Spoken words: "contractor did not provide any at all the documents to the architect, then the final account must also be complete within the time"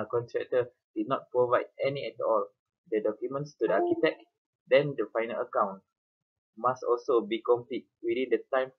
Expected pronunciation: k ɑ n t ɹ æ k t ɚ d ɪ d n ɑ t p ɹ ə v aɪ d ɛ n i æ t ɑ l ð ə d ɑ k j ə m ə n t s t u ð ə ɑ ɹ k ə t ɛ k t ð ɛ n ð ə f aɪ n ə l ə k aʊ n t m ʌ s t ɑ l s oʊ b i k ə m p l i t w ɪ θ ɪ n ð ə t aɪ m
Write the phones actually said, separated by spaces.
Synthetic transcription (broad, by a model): k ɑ n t ɹ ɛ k t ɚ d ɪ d n ɑ t p ɹ ə v aɪ d ɛ n i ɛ t ɑ l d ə d ɑ k j ə m ə n t s t u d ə ɑ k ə t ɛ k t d ɛ n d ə f aɪ n ə l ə k aʊ n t m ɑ s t ɑ l s oʊ b i k ə m p l i t w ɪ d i n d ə t aɪ m